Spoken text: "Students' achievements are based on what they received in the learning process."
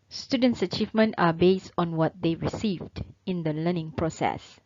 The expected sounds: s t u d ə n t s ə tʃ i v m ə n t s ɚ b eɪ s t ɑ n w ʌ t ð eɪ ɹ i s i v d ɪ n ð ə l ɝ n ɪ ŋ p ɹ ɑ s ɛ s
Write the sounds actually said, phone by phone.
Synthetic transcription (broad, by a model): s t u d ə n t s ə tʃ i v m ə n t ɑ b eɪ s t ɑ n w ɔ t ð eɪ ɹ i s i v d ɪ n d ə l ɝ n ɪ ŋ p ɹ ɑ s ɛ s